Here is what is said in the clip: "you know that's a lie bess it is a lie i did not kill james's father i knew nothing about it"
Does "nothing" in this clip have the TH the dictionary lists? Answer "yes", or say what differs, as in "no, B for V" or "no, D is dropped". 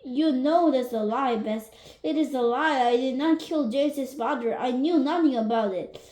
yes